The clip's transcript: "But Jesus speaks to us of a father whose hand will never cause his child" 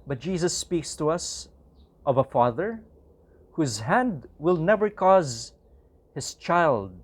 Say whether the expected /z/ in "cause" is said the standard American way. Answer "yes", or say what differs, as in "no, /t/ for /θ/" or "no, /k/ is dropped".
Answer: yes